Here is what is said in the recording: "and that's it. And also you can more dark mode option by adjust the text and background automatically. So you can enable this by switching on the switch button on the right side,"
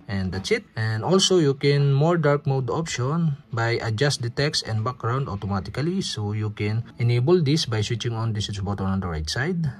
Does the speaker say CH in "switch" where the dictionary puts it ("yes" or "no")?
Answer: no